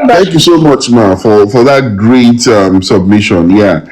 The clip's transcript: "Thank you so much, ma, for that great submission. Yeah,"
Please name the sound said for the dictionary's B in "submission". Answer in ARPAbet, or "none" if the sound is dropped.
B